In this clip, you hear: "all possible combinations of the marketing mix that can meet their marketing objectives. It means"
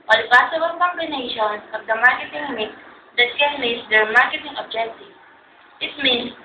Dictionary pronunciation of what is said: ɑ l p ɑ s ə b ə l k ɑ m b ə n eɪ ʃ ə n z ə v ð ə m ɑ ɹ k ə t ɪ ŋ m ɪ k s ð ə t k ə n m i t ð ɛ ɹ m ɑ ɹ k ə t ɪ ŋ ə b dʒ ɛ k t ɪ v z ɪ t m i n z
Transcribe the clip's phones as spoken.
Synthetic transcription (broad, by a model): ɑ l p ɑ s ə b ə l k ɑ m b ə n eɪ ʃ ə n ə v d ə m ɑ ɹ k ə t ɪ ŋ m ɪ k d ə t k ə n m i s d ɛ ɹ m ɑ ɹ k ə t ɪ ŋ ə b dʒ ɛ k t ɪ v ɪ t m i n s